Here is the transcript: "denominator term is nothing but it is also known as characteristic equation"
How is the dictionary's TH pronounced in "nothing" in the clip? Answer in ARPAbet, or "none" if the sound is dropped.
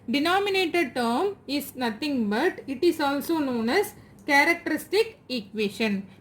T